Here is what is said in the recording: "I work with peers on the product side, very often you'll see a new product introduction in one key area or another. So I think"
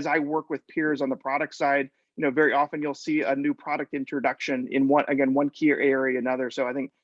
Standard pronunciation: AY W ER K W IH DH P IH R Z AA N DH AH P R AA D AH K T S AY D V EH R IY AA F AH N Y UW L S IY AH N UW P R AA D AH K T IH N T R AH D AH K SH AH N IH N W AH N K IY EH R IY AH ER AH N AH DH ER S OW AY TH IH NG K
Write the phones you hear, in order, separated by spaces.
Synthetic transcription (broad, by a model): AY W ER K W IH DH P IH R Z N DH AH P R AA D AH K T S AY D V EH R IY AA F AH N Y UW L S IY AH N UW P R AA D AH K T IH N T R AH D AH K SH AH N IH N W AH N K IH EH W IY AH ER AH N AH DH ER S OW AY TH IH NG K